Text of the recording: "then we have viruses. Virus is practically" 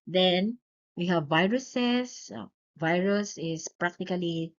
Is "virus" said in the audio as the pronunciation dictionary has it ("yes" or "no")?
yes